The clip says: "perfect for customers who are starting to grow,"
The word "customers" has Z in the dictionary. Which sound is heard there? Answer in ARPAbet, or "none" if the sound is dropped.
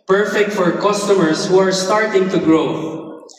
S